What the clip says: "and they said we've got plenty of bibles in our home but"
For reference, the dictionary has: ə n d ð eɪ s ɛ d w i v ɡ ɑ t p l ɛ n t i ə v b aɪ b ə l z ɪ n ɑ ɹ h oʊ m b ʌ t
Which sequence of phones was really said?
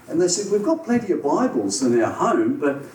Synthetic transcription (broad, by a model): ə n ð eɪ s ɛ d w i v ɡ ɑ t p l ɛ n t i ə b aɪ b ə l z ɪ n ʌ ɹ h oʊ m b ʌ t